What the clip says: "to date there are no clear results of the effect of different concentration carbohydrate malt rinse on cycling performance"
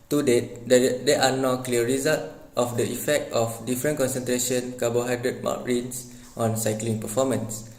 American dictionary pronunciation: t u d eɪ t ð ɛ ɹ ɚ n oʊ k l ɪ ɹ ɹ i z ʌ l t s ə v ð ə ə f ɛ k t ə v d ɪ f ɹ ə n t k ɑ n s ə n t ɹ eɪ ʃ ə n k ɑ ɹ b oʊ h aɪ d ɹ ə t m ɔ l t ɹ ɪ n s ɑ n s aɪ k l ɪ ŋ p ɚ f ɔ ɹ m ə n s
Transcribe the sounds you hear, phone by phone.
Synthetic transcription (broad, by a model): t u d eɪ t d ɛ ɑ n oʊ k l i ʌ ɹ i z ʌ l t ə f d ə ə f ɛ k t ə f d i f ɹ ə n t k ɑ n s ə n t ɹ eɪ ʃ ə n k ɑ b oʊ h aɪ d ɹ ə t m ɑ t ɹ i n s ɑ n s aɪ k l ɪ ŋ p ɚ f ɔ m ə n s